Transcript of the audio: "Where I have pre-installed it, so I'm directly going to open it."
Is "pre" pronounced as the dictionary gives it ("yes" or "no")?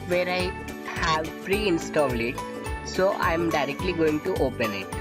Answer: no